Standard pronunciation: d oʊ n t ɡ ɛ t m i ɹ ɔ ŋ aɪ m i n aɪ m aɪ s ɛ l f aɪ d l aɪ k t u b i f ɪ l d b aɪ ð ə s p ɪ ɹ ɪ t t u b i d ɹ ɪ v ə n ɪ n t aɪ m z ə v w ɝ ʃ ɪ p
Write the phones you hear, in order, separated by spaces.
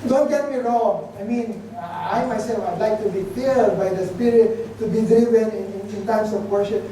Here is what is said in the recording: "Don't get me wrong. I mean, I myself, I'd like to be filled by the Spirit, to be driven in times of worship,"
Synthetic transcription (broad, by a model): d oʊ n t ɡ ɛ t m i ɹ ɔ aɪ m i n aɪ m aɪ s ɛ l f aɪ d l aɪ k t u b i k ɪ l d b aɪ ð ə s p ɪ ɹ ɪ t t u b i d ɹ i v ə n ɪ n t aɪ m s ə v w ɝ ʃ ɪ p